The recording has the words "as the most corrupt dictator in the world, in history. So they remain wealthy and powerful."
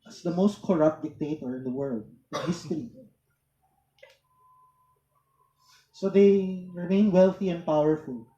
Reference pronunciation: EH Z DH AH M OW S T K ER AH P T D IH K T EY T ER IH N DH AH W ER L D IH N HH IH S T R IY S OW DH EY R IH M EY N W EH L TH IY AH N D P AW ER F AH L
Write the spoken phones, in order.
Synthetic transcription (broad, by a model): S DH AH M OW S T K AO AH P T D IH K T EY T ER IH N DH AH W ER L D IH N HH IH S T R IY S OW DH EY R IH M EY N W EH L TH IY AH N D P AW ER F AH L